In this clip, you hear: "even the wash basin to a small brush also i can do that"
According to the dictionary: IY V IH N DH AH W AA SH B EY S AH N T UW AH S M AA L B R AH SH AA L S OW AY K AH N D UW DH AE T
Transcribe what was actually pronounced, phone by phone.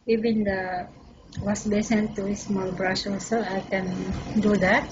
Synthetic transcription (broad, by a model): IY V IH N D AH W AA S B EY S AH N T UW AH S M AA L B R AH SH AA L S OW AY K AH N D UW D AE T